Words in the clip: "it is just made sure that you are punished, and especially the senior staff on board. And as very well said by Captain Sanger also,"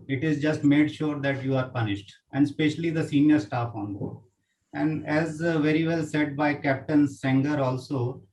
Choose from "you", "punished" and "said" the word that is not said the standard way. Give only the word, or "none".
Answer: none